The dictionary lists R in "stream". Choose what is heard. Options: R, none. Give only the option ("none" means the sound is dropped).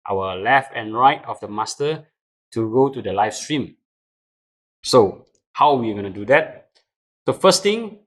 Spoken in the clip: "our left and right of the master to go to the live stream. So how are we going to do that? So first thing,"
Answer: R